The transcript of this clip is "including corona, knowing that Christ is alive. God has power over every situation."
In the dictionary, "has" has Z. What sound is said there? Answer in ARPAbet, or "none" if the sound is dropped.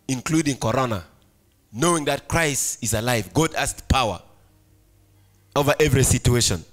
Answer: S